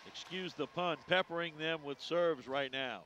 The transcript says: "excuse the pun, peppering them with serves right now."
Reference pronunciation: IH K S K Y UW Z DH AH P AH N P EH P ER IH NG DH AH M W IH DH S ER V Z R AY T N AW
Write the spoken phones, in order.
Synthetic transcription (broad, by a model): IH K S K Y UW Z DH AH P AH N P EH P ER IH NG DH AH M W IH DH S ER V Z R AY T N AW